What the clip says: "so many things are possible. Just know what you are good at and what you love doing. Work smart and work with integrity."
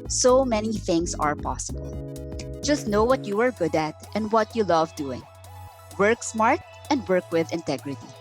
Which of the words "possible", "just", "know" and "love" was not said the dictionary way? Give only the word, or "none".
none